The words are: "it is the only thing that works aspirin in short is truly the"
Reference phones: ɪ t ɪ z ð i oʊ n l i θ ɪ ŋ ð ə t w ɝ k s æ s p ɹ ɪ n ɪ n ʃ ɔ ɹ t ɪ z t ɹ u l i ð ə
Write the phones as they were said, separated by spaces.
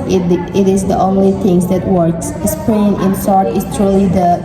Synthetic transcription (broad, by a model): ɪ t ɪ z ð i oʊ n l i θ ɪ ŋ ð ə t w ɝ k s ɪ s p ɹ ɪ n ɪ n s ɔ ɹ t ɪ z t ɹ u l i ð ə